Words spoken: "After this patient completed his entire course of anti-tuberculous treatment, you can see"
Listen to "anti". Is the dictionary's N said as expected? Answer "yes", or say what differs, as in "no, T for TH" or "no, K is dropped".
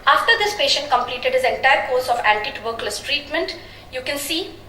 no, L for N